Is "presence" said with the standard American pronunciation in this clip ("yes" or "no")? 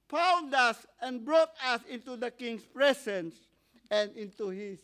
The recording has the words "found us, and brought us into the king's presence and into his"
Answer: no